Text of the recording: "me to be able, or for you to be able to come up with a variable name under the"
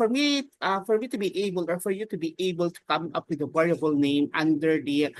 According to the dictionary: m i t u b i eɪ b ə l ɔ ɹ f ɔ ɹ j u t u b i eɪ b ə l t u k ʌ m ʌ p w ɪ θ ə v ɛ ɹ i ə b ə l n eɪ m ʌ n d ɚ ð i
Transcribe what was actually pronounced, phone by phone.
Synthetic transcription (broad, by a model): m i t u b i eɪ b ə l ɔ ɹ f ɔ ɹ j u t u b i eɪ b ə l t u k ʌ m ʌ p w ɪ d ə w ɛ ɹ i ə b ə l n eɪ m ʌ n d ɚ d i